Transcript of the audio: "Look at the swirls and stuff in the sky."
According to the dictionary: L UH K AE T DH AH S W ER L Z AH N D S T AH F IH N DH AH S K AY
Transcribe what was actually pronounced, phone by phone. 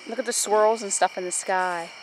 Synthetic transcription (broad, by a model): L UH K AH T DH AH S W ER L Z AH N S T AH F IH N DH AH S K AY